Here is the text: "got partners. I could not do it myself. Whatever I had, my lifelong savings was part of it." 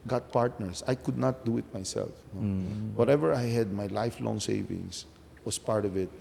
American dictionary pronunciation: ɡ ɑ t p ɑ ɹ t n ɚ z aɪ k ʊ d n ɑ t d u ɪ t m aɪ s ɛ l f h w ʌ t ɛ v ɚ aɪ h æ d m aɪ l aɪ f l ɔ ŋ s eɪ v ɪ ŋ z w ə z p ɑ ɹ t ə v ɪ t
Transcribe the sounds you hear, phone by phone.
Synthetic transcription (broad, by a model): ɡ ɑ t p ɑ ɹ t n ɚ s aɪ k ʊ d n ɑ t d u ɪ t m aɪ s ɛ l f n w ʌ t ɛ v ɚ aɪ h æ d m aɪ l aɪ f l ɔ ŋ s eɪ v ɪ ŋ s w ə s p ɑ ɹ t ə v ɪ t